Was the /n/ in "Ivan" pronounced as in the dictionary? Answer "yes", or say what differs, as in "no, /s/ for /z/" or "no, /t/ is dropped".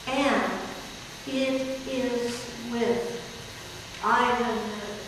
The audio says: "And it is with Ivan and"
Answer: no, /n/ is dropped